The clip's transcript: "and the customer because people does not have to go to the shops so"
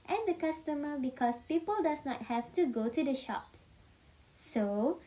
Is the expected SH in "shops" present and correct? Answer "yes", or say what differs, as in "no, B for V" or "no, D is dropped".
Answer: yes